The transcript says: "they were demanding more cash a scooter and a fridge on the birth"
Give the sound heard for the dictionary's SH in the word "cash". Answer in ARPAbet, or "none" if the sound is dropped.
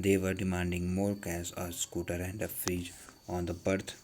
S